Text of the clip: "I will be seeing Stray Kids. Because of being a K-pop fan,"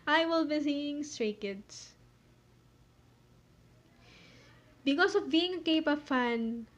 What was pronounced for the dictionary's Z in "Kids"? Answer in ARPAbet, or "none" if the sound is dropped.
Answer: S